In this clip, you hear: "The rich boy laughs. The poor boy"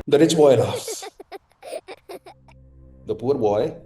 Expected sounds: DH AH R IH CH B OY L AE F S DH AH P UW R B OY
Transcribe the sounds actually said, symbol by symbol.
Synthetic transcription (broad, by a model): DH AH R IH S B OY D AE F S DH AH P UW R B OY